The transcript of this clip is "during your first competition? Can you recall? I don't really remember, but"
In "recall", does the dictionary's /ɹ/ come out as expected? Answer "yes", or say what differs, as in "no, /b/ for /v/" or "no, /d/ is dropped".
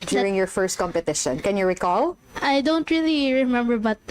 yes